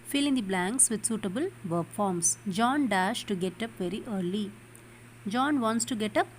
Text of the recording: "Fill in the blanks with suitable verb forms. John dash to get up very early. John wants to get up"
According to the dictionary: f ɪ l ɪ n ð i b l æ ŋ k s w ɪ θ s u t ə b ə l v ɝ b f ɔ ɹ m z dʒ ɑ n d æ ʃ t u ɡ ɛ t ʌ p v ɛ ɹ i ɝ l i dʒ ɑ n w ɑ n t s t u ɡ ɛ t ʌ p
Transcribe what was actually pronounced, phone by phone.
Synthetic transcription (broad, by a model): f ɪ l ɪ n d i b l æ ŋ k s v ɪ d s u t ə b ə l v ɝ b f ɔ ɹ m s dʒ ɑ n d æ ʃ t u ɡ ɛ t ʌ p v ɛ ɹ i ɝ l i dʒ ɑ n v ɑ n t s t u ɡ ɛ t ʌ p